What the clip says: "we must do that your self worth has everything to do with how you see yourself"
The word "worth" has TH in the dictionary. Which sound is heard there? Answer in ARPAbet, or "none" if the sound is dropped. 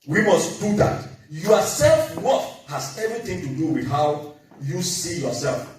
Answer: F